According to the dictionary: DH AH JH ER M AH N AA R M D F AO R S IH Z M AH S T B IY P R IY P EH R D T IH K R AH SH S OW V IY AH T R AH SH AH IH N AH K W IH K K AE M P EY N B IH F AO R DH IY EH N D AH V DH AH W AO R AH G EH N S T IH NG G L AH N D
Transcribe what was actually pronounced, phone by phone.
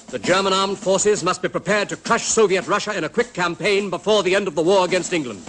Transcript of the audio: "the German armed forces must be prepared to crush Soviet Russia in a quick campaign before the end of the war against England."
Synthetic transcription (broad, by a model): DH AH JH ER M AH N AA R M D F AO R S IH Z M AH S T B IY P R IY P EH R D T IH K R AH SH S OW V IY AH T R AH SH AH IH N AH K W IH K K AE M P EY N B IH F AO R DH IY EH N D AH V DH AH W AO R AH G EH N S T IH NG G L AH N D